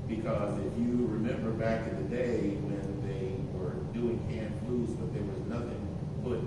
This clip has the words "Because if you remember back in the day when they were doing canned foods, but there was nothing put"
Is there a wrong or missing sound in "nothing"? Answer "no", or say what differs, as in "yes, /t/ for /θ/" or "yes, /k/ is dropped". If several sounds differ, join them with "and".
no